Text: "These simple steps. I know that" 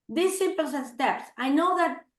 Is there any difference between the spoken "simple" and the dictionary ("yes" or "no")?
yes